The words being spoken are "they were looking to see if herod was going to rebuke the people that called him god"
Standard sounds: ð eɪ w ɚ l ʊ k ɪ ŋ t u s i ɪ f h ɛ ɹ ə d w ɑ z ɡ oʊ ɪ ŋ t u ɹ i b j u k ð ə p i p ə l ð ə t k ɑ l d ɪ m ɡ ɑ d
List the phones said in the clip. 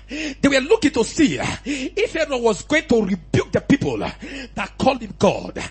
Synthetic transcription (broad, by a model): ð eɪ w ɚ l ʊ k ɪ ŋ t u s i ɪ f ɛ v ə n w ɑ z ɡ oʊ ɪ ŋ t u ɹ i b j u k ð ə p i p ə l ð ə t k ɑ l d ɪ m ɡ ɑ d